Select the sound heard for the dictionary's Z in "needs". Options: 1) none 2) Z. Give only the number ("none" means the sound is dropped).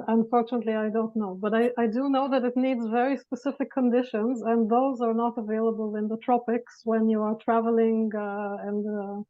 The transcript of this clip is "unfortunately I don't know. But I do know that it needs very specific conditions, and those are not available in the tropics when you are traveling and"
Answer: 2